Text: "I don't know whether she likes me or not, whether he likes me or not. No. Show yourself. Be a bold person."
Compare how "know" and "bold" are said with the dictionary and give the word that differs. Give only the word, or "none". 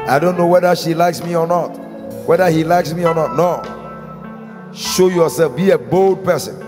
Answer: none